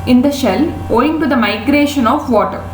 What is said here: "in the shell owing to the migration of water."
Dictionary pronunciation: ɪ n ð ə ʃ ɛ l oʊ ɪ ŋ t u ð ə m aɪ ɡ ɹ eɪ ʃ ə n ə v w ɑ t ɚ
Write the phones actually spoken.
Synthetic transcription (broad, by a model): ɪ n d ə ʃ ɛ l oʊ ɪ ŋ t u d ə m aɪ ɡ ɹ eɪ ʃ ə n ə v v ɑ t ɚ